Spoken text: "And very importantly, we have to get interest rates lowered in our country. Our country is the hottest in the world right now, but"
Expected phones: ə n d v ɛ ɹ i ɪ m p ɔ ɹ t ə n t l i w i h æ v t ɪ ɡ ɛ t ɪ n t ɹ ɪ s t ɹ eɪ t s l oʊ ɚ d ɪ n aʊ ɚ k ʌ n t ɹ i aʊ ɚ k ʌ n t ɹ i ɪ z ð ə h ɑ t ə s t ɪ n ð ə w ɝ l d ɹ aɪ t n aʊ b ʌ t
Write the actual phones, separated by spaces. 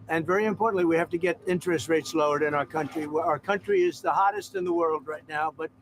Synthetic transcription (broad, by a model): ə n v ɛ ɹ i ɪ m p ɔ ɹ t n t l i w i h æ f t ɪ ɡ ɛ t ɪ n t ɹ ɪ s t ɹ eɪ t s l oʊ ɚ d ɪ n aʊ ɚ k ʌ n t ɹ i aʊ ɚ k ʌ n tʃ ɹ i ɪ z ð ə h ɑ t ə s t ɪ n ð ə w ɝ l d ɹ aɪ t n aʊ b ʌ t